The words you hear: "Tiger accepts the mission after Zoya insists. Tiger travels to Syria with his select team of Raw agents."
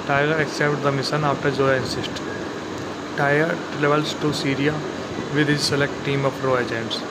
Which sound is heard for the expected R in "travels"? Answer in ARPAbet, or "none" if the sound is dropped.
L